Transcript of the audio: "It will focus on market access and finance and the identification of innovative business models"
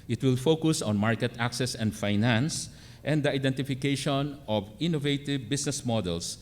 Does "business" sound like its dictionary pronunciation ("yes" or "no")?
no